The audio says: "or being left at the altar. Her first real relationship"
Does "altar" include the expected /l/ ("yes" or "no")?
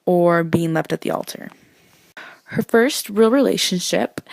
yes